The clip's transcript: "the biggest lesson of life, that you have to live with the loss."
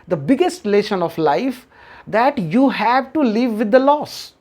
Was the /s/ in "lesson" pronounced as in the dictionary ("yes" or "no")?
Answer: no